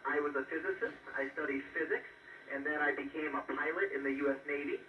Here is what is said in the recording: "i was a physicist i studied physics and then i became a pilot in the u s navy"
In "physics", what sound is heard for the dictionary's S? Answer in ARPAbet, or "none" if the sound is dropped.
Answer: S